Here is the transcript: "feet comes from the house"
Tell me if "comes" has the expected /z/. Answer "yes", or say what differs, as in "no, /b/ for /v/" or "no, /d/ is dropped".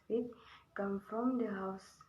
no, /z/ is dropped